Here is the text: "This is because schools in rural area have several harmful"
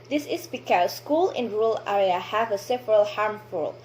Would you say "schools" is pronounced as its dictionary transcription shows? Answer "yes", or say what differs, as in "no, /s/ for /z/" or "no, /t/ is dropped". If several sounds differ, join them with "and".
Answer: no, /z/ is dropped